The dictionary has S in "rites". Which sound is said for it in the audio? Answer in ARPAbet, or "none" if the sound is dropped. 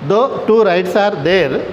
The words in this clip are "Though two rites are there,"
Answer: S